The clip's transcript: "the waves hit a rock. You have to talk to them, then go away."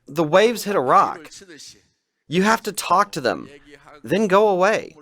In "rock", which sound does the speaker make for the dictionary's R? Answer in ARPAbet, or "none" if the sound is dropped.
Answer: R